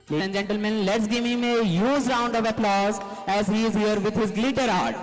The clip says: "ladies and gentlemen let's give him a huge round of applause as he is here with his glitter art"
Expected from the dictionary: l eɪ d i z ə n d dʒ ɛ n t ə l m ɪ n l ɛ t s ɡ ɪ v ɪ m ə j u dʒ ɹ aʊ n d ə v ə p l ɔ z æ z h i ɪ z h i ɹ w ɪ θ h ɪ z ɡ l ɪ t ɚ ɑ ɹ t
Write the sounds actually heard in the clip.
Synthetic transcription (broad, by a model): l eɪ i ə n d dʒ ɛ n t ə l m ɪ n l ɛ t s ɡ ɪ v ɪ m ə j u z ɹ aʊ n d ə v ə p l ɔ z æ z h i ɪ z h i ɹ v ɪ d h ɪ z ɡ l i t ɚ ɑ ɹ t